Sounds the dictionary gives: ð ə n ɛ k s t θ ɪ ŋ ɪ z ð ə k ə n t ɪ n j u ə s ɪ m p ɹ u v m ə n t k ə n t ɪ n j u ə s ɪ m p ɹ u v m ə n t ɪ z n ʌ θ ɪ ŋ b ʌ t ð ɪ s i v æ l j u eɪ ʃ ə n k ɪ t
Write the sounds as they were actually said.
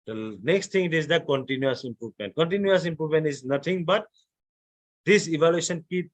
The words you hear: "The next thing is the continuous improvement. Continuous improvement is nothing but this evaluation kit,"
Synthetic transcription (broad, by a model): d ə n ɛ k s t t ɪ ŋ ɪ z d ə k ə n t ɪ n j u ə s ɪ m p ɹ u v m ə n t k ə n t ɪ n j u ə s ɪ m p ɹ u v m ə n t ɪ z n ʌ t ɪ ŋ b ʌ t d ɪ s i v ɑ l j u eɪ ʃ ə n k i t